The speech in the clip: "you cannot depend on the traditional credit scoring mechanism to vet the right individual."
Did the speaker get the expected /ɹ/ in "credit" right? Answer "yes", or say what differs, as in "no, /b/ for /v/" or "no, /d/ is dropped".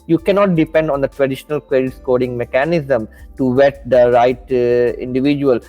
no, /w/ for /ɹ/